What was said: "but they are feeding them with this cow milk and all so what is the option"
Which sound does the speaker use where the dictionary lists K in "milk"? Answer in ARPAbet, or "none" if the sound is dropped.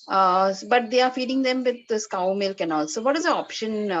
K